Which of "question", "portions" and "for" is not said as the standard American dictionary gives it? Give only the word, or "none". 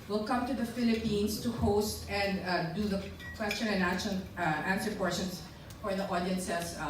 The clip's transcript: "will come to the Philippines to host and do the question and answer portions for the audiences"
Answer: portions